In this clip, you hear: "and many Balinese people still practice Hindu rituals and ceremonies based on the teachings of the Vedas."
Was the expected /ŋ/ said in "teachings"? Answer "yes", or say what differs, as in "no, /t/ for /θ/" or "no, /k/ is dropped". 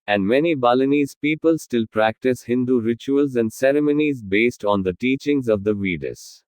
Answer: yes